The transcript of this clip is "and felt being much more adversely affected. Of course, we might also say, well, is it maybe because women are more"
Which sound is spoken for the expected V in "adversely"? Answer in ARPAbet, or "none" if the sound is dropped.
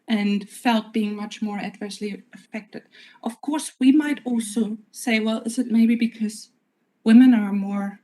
V